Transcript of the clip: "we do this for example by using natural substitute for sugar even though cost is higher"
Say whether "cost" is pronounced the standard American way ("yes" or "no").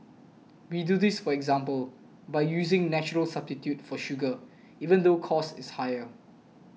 no